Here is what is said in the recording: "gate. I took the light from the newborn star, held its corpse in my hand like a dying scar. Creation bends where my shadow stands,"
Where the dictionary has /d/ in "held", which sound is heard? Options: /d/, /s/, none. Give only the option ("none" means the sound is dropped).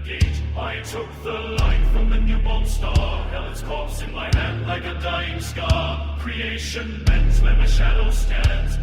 none